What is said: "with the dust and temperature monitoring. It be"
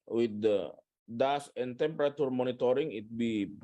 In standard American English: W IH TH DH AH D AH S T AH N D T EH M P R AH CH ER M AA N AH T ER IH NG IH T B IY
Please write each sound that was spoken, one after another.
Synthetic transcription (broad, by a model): W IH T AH D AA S AH N T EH M P R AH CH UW M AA N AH T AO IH NG IH T B IY